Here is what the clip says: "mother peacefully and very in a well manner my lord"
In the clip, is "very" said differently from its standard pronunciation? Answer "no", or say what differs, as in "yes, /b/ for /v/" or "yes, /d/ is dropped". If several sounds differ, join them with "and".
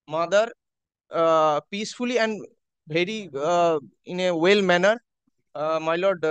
yes, /b/ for /v/